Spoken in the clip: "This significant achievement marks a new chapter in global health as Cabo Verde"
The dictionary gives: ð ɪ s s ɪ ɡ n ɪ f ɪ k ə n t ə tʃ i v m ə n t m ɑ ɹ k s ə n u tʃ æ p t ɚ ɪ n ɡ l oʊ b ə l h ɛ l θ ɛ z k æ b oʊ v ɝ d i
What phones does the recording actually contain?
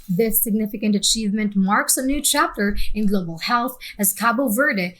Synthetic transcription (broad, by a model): ð ɪ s s ɪ ɡ n ɪ f ɪ k ə n t ə tʃ i v m ə n t m ɑ ɹ k s ə n u tʃ æ p t ɚ ɪ n ɡ l oʊ b l h ɛ l θ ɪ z k æ b oʊ v ɝ d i